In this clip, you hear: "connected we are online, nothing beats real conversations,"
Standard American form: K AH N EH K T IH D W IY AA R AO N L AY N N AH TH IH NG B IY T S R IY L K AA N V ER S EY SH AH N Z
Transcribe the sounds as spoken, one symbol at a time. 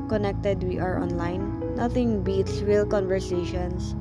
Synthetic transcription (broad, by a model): K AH N EH K T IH D W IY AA R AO N L AY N N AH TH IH NG B IY T S W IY L K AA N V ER S EY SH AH N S